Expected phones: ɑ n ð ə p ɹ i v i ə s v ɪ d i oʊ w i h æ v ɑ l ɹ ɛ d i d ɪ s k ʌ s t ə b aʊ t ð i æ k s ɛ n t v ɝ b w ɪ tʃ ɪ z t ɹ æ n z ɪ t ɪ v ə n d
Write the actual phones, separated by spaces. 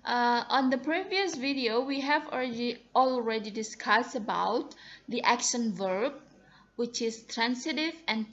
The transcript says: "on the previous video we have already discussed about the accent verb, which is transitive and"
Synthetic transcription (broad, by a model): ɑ n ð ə p ɹ i v i ə s v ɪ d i oʊ w i h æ v ɑ l ɹ ɛ d i d ɪ s k ʌ s t ə b aʊ t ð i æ k ʃ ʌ n v ɝ b w ɪ tʃ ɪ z t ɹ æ n s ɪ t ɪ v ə n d